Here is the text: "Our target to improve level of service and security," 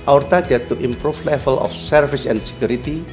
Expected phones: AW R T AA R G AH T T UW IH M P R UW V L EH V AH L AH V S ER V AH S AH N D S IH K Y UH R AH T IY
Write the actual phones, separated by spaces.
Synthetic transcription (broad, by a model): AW R T AA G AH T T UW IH M P R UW F L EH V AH L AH F S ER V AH S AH N S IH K Y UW R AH T IY